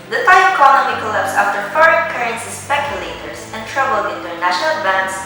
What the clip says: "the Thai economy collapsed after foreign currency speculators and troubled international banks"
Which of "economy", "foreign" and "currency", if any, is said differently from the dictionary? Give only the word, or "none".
economy